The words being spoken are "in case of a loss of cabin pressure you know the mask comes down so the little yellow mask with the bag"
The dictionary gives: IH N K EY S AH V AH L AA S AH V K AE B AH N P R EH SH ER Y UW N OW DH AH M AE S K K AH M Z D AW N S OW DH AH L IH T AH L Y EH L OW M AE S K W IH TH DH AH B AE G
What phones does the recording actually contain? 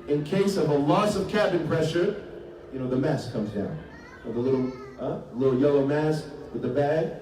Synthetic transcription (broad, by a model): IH N K EY S AH V AH L AA S AH V K AE B AH N P R EH SH ER Y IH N OW DH AH M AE S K K AH M Z D AW N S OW DH AH L IH T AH L Y EH L OW M AE S K W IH DH AH B AE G